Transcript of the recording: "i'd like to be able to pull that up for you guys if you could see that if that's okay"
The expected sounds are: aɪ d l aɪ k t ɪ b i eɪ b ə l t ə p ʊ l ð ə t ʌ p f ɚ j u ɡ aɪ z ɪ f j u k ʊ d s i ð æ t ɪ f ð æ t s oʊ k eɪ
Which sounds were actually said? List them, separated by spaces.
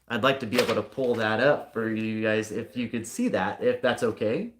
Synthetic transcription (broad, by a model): aɪ d l aɪ k t ɪ b i eɪ b l t ə p ʊ l ð ə t ʌ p f ɚ j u ɡ aɪ z ɪ f j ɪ k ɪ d s i ð æ t ɪ f ð æ t s oʊ k eɪ